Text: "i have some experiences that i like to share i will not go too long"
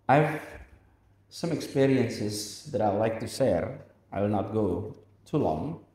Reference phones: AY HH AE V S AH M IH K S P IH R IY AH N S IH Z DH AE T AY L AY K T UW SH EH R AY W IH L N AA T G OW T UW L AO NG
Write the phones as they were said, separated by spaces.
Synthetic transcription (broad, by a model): AY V S AH M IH K S P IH R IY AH N S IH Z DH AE T AY L AY K T UW S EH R AY W IH L N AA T G OW T UW L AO NG